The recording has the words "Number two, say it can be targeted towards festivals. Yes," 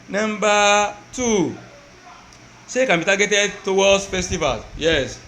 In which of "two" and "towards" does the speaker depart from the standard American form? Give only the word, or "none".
towards